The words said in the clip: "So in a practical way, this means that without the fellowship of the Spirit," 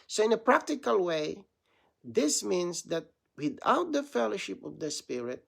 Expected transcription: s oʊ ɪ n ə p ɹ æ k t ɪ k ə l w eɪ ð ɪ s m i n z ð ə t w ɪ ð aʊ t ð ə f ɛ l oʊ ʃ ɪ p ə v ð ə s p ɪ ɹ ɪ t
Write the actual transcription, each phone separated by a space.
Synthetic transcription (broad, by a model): s oʊ ɪ n ə p ɹ æ k t ɪ k ə l w eɪ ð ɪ s m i n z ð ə t w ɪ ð aʊ t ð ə f ɛ l oʊ ʃ ɪ p ə v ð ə s p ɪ ɹ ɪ t